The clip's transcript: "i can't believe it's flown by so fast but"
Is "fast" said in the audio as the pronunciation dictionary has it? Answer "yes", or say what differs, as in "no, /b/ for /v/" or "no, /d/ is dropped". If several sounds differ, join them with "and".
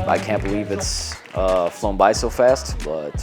yes